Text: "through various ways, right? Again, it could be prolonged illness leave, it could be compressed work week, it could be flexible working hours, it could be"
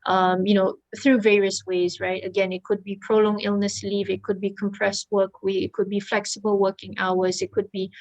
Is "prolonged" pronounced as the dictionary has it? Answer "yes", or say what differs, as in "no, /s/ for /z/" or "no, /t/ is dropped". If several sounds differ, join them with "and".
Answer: no, /d/ is dropped